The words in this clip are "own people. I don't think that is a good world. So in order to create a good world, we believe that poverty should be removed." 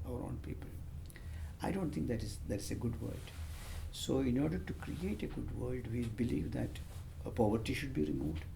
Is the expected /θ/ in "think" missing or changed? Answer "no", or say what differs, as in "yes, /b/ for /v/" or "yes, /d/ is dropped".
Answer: yes, /t/ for /θ/